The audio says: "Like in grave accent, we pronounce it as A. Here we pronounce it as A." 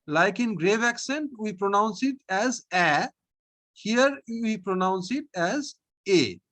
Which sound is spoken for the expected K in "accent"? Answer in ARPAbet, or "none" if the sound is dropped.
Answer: K